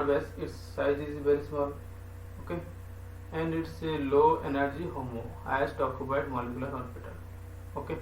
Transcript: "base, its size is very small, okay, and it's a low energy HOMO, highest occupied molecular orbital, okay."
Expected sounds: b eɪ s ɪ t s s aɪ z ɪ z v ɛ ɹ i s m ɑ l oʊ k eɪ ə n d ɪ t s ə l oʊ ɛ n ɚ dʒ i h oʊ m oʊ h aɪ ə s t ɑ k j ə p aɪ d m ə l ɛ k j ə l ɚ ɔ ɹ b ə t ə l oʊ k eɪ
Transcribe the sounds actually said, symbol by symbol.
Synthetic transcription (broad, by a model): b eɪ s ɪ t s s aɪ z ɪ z b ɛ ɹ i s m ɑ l oʊ k eɪ ə n d ɪ t s ə l oʊ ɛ n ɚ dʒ i h oʊ m oʊ h aɪ ə s t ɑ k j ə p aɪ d m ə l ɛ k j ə l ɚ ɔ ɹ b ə t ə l oʊ k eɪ